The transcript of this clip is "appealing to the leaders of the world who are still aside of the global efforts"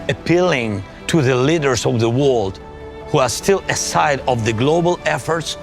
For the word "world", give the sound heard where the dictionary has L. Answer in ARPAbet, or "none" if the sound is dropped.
L